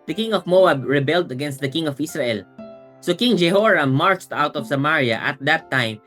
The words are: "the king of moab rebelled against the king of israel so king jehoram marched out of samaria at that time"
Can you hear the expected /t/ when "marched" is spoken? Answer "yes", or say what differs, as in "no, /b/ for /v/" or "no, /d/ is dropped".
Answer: yes